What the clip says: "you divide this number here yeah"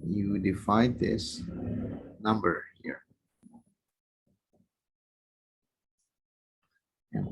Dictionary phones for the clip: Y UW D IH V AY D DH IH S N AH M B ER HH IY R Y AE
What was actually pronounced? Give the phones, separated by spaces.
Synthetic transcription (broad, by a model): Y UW D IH F AY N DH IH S N AH M B ER HH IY R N